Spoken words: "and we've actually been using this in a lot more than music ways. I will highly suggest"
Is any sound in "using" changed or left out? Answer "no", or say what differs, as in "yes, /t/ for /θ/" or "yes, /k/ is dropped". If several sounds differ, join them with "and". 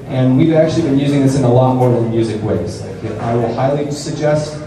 no